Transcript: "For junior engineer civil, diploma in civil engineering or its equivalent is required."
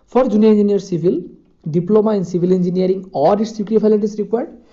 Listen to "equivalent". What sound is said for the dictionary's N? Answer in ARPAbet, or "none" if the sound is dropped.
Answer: none